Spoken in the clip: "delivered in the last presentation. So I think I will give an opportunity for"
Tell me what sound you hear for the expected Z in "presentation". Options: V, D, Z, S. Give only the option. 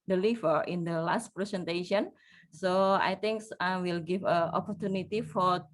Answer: S